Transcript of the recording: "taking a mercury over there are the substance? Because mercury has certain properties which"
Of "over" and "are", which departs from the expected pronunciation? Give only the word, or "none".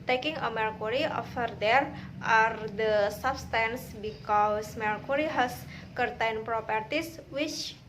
over